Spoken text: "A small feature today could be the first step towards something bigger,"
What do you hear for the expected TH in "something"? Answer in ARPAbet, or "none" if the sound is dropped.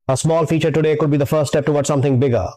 T